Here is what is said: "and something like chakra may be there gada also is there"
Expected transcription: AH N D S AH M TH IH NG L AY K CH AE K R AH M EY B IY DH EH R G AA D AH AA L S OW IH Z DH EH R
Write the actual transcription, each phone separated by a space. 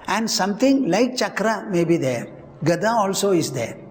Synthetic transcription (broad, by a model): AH N D S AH M T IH NG L AY K CH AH K R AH M EY B IY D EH R G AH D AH AA L S OW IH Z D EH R